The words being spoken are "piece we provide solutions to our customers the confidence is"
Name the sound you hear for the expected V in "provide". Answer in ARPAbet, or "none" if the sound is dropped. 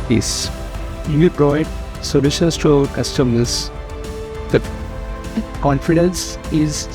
none